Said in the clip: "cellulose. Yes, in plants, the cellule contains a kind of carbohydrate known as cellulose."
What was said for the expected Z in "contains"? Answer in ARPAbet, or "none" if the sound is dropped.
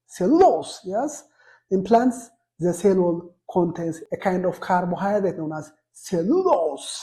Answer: S